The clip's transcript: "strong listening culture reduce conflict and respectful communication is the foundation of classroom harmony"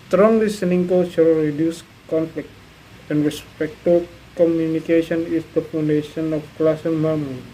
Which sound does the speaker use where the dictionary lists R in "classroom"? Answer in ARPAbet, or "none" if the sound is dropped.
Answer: none